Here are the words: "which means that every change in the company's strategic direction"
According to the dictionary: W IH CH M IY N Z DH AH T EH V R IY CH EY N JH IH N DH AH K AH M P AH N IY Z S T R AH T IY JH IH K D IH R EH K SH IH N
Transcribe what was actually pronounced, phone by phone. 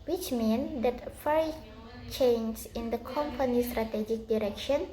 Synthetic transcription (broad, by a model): W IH CH M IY N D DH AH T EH R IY CH EY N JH IH N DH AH K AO M P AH N IY S T R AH T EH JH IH K D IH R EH K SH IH N